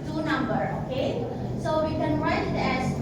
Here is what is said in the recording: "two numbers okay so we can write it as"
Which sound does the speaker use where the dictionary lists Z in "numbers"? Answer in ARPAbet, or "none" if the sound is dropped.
none